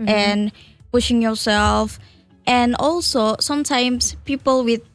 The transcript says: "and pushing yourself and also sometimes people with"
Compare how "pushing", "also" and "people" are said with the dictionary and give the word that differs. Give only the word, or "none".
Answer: none